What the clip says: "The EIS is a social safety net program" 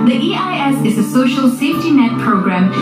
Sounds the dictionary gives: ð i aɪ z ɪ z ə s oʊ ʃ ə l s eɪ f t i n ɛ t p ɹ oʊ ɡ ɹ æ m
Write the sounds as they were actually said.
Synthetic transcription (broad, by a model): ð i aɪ s ɪ z ə s oʊ ʃ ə l s eɪ f t i n ɛ t p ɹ oʊ ɡ ɹ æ m